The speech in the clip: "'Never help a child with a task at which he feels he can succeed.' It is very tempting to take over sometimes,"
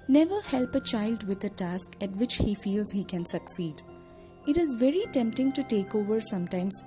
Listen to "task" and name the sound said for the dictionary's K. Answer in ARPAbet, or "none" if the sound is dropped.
K